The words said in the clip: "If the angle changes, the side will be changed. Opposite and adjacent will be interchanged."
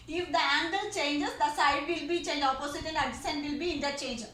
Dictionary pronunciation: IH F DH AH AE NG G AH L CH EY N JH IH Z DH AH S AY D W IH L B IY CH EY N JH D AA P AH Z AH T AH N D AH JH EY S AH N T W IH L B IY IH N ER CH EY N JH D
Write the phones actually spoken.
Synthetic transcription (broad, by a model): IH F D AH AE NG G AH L CH EY N JH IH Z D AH S AY D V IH L B IY CH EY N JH AA P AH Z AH T AH N D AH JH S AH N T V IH L B IY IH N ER CH EY N JH